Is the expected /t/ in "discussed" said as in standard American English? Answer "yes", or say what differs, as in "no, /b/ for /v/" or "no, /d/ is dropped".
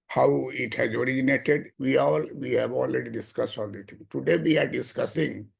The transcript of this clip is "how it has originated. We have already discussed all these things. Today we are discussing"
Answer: yes